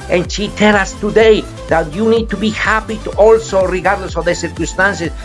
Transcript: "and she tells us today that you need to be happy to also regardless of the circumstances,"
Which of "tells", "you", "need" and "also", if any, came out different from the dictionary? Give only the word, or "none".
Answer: tells